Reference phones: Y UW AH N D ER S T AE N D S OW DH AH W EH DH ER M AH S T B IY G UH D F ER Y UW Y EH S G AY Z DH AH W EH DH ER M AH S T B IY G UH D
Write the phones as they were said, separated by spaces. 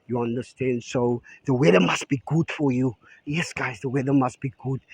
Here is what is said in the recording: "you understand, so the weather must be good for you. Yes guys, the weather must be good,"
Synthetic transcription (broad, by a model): Y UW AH N D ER S T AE N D S OW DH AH W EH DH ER M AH S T B IY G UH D F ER Y UW Y EH S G AY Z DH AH W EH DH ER M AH S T B IY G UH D